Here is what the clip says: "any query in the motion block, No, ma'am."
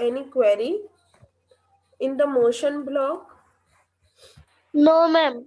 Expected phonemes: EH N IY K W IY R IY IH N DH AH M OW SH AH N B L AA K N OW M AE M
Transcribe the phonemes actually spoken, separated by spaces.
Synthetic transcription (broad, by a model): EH N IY K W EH R IY IH N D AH M OW SH AH N B L AA K N OW M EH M